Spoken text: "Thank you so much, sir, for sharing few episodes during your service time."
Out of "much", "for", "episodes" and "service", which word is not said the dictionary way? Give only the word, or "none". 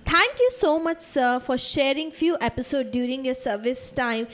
episodes